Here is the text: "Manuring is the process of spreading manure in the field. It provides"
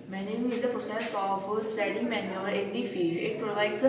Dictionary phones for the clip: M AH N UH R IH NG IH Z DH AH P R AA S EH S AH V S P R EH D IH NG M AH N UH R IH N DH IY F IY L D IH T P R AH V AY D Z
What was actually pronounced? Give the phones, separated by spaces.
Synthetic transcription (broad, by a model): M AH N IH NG IH Z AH P R AA S EH S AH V S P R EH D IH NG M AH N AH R IH N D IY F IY D IH T P R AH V AY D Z